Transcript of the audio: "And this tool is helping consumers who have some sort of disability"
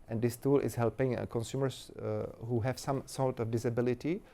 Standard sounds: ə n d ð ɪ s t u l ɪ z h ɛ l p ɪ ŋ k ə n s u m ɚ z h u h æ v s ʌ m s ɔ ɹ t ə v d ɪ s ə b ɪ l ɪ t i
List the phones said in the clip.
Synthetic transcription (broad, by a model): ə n d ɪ s t u l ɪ s h ɛ l p ɪ ŋ k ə n s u m ɚ s h u h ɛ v s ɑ m s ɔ l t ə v d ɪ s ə b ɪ l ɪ t i